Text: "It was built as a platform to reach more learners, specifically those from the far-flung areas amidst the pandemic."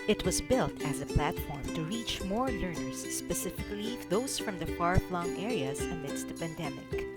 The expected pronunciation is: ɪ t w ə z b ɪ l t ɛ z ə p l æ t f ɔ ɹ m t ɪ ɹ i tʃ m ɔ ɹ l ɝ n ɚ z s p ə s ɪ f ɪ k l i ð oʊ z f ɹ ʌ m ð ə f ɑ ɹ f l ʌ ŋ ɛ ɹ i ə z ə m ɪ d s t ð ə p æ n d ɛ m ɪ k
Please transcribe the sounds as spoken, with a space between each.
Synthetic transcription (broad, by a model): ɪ t w ə z b ɪ l t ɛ z ə p l æ t f ɔ ɹ m t ɪ ɹ i tʃ m ɔ ɹ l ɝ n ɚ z s p ə s ɪ f ɪ k l i ð oʊ z f ɹ ʌ m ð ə f ɑ ɹ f l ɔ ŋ ɛ ɹ i ə z ə m ɪ d s t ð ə p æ n d ɛ m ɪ k